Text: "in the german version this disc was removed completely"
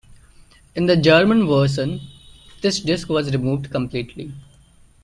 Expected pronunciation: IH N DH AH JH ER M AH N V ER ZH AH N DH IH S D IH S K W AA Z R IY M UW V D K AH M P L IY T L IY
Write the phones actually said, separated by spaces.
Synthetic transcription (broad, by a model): IH N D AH JH ER M AH N V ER SH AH N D IH S D IH S K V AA Z R IY M UW V D K AH M P L IY T L IY